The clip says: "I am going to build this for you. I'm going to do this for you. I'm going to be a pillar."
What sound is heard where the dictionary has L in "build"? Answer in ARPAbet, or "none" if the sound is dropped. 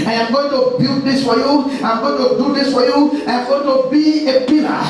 none